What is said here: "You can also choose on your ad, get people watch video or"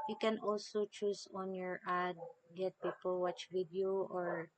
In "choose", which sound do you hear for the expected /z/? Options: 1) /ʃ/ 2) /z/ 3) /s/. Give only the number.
3